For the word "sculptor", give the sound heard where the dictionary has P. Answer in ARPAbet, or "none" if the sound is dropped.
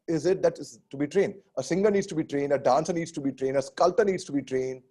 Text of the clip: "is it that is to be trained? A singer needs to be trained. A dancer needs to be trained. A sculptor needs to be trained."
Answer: none